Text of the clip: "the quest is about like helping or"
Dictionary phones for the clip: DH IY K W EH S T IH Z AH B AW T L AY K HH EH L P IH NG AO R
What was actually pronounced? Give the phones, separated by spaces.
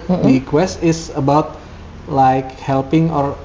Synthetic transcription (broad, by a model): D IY K W EH S T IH S AH B AW T L AY K HH EH L P IH NG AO R